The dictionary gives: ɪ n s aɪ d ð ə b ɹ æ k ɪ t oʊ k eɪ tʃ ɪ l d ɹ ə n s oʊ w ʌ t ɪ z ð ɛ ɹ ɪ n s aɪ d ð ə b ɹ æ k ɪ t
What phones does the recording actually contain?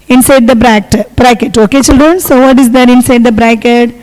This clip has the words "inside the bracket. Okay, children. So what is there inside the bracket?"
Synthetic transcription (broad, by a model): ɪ n s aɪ d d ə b ɹ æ k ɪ t oʊ k eɪ tʃ ɪ l d ɹ ə n s oʊ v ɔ t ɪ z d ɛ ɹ ɪ n s aɪ d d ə b ɹ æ k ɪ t